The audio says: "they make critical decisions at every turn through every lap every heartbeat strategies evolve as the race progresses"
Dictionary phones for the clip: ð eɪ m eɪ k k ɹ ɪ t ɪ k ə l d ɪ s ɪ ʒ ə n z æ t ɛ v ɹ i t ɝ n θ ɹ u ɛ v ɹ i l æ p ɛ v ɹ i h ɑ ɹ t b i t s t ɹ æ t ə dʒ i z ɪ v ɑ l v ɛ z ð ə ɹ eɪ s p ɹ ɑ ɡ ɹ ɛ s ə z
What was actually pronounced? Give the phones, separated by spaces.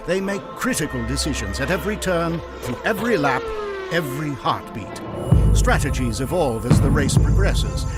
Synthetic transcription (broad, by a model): ð eɪ m eɪ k k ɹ ɪ t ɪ k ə l d ɪ s ɪ ʒ ə n z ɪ t ɛ v ɹ i t ɝ n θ ɹ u ɛ v ɹ i l æ p ɛ v ɹ i h ɑ ɹ t b i t s t ɹ æ t ə dʒ i z ɪ v ɑ l v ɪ z ð ə ɹ eɪ s p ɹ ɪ ɡ ɹ ɛ s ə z